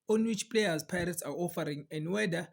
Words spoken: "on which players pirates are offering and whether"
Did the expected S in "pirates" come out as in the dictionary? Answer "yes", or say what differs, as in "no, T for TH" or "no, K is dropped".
yes